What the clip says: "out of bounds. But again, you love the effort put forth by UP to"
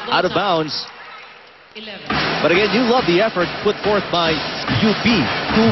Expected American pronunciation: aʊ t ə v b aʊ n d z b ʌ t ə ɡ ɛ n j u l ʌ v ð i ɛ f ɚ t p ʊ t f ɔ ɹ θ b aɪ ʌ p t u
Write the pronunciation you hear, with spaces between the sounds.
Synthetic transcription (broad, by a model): aʊ t ə v b aʊ n d z b ʌ t ə ɡ ɛ n j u l ʌ v ð i ɛ f ɚ t p ʊ t f ɔ ɹ θ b aɪ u b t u